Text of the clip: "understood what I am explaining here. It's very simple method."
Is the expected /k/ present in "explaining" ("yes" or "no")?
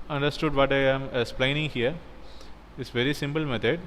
no